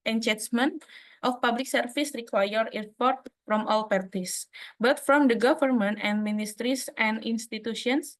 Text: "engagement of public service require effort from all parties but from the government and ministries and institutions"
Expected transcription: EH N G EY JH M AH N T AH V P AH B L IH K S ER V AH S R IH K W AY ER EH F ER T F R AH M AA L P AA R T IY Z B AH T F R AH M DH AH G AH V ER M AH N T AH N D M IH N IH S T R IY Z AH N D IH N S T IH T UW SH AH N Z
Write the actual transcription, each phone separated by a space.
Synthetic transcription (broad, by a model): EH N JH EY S M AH N T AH F P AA B L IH K S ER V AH S R IH K W AY ER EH P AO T F R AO M AA L P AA R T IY S B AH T F R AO M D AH G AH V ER M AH N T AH N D M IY N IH S T R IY S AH N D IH N S T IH T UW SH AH N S